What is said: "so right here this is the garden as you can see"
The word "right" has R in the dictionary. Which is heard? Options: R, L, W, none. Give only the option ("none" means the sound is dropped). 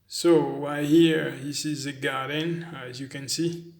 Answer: W